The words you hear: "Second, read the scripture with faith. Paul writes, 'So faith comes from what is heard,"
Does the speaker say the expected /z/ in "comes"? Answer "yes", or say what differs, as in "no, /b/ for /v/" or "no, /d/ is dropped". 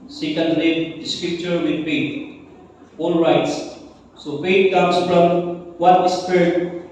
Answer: no, /s/ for /z/